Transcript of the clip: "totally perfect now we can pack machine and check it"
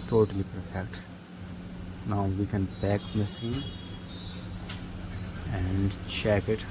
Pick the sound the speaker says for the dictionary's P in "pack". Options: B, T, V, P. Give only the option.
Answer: B